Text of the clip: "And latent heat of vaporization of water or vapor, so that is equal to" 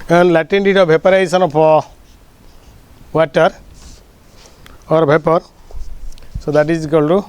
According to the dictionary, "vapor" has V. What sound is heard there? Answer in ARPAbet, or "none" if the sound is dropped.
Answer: B